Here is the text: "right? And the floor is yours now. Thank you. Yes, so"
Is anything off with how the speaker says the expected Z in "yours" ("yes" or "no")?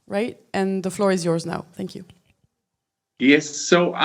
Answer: no